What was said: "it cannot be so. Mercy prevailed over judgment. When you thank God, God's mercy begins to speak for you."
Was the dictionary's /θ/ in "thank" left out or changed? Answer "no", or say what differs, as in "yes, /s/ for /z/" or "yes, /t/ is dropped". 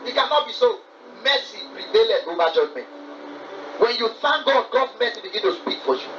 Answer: yes, /f/ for /θ/